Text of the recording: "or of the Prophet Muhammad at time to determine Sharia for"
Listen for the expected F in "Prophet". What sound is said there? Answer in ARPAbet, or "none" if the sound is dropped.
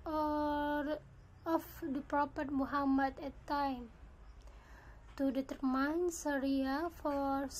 P